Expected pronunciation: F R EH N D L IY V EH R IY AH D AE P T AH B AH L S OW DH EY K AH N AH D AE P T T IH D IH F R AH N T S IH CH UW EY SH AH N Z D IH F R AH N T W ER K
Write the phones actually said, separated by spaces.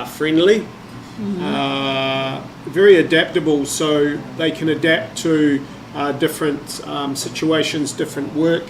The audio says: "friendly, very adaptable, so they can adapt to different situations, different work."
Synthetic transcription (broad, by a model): F R EH N D L IY V EH R IY AH D AE P T AH B AH L S OW DH EY K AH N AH D AE P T T IH D IH F R AH N T S IH CH UW EY SH AH N Z D IH F R AH N T W ER K